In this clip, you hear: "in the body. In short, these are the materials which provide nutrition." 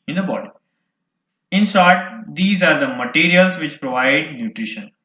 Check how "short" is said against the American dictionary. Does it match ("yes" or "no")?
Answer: no